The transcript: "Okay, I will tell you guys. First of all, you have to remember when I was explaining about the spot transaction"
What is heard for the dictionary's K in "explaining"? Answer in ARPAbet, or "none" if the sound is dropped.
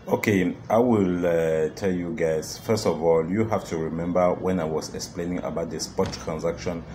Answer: K